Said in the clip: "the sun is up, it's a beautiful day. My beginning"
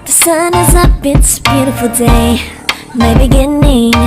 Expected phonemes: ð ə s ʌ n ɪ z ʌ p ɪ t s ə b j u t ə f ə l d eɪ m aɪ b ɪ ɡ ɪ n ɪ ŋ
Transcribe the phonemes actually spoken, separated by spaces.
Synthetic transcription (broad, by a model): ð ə s ʌ n ɪ z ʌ b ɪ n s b j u t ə f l d eɪ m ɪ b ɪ ɡ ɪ n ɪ